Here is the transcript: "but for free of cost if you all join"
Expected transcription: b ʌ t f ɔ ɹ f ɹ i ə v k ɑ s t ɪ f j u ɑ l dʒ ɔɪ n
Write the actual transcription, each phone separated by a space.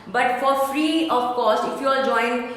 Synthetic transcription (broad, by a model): b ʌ t f ɔ ɹ f ɹ i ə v k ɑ s ɪ f j u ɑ dʒ ɔɪ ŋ